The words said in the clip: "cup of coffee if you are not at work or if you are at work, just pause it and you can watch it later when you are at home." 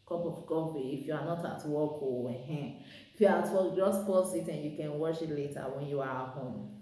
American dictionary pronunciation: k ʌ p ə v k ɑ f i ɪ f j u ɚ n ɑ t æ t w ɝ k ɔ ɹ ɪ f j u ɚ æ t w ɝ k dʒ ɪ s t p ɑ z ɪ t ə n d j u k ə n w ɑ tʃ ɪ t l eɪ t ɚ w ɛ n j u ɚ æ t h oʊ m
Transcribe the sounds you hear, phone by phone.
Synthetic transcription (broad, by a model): k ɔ p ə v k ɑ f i ɪ f j u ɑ n ɑ t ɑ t w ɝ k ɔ w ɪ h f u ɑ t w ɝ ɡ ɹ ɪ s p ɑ s ɪ t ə n j u k ə n w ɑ ʃ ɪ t l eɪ t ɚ w ɛ n j u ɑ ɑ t h oʊ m